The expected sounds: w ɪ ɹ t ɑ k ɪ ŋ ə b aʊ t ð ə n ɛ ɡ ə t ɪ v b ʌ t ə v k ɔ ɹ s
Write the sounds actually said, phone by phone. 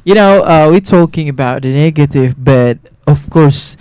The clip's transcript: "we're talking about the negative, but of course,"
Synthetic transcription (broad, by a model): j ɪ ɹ t ɑ k ɪ ŋ ə b aʊ t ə n ɛ ɡ ə t ɪ v b ʌ t ə v k ɔ ɹ s